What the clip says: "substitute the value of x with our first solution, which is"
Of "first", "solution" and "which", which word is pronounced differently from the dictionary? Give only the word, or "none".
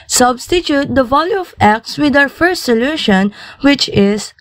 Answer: none